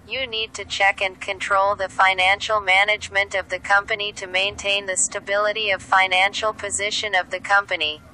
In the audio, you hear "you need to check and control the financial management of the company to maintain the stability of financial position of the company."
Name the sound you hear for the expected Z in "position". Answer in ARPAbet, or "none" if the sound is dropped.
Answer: Z